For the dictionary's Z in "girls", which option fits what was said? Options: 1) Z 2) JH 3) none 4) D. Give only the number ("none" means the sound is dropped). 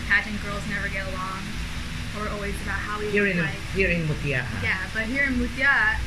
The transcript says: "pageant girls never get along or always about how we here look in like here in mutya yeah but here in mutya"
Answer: 1